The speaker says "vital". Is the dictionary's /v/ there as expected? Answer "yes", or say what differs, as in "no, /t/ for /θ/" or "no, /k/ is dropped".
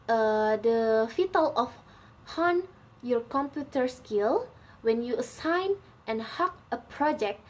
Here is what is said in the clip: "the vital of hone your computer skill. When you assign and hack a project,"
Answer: no, /f/ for /v/